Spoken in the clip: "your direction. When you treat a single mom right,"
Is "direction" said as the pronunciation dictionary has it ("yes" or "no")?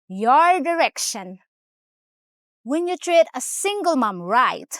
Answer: yes